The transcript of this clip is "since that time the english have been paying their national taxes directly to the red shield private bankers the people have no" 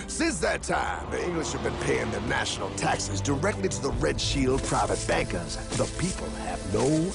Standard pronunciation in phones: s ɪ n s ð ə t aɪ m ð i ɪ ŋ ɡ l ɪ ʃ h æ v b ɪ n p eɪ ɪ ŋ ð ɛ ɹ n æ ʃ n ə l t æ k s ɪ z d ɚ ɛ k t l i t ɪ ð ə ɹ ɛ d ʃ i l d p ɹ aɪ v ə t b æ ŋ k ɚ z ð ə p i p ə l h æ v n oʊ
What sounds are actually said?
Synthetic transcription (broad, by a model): s ɪ n s ð ə t aɪ m ð i ɪ ŋ ɡ l ɪ ʃ h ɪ v b ɪ n p eɪ ɪ ŋ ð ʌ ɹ n æ ʃ n l t æ k s ɪ z d ɚ ɛ k t l i t ɪ ð ə ɹ ɛ d ʃ i l d p ɹ aɪ v ə t b æ ŋ k ɚ z ð ə p i p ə l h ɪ v n oʊ